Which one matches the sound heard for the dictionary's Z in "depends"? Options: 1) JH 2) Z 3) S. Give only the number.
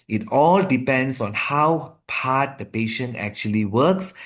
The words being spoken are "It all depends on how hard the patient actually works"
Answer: 3